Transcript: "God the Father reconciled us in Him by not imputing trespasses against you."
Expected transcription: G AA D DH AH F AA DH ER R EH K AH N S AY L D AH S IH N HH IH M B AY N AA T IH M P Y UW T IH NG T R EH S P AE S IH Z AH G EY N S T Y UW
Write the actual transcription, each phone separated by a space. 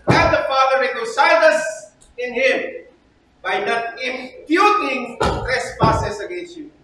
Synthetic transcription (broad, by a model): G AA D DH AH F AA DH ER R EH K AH S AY D AH S IH N HH IH M B AY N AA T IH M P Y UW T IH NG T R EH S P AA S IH S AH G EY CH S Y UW